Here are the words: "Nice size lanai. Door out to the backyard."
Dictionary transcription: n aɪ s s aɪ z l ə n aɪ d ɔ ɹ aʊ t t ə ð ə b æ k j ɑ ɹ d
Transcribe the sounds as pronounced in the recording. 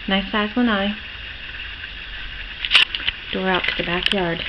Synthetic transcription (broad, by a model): n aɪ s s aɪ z w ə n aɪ d ɔ ɹ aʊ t t ə ð ə b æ k j ɑ ɹ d